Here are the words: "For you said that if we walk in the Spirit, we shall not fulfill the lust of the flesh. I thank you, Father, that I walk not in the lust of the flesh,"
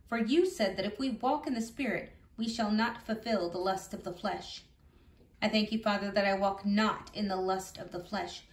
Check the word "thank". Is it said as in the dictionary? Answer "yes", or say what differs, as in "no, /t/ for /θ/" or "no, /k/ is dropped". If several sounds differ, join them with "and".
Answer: yes